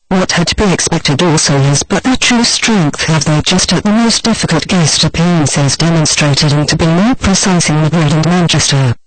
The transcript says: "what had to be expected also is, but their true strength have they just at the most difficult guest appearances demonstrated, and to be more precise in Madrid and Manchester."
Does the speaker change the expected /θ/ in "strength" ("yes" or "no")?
no